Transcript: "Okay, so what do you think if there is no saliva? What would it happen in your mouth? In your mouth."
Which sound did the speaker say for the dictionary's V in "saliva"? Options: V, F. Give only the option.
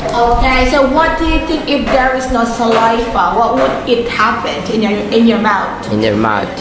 F